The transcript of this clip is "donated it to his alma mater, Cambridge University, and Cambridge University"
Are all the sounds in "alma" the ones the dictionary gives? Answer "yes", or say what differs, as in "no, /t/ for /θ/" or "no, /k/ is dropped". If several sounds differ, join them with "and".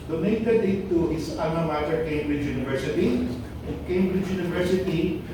no, /l/ is dropped